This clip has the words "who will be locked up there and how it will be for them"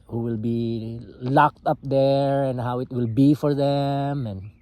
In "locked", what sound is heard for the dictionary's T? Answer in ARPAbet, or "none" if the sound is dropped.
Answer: T